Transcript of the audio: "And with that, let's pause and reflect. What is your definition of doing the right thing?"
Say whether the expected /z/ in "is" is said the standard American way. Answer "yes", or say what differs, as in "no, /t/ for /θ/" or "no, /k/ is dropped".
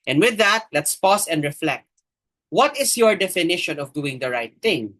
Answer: no, /s/ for /z/